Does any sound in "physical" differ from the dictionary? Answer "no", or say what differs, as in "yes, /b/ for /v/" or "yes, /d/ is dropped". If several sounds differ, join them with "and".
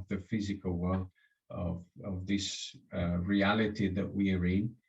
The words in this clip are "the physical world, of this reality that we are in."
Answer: no